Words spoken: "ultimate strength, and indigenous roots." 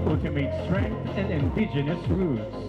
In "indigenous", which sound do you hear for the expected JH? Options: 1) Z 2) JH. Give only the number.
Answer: 2